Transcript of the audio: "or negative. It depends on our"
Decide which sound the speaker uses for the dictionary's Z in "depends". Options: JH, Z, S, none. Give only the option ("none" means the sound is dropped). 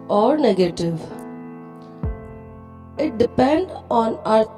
none